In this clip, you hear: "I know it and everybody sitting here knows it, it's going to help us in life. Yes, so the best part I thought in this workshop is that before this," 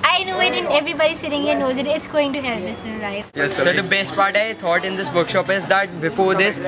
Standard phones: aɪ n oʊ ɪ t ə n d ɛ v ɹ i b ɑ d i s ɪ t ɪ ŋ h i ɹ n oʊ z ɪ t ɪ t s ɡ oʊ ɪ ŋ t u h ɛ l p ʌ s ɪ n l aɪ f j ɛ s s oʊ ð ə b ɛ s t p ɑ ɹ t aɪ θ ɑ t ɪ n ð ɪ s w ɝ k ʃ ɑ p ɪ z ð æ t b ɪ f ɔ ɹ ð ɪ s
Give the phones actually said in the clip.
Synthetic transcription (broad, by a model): aɪ n oʊ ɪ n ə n ɛ v ɹ i b ɑ d i s ɪ t ɪ ŋ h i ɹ n oʊ z ɪ t ɪ t s ɡ oʊ ɪ ŋ t u h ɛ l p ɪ s ɪ n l aɪ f j ɛ s s oʊ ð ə b ɛ s t p ɑ ɹ t aɪ t ɑ t ɪ n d ɪ s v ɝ k ʃ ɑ p ɪ z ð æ t b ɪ f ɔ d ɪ s